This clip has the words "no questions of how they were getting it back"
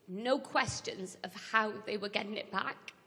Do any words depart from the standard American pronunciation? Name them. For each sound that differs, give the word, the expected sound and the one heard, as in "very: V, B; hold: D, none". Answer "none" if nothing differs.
none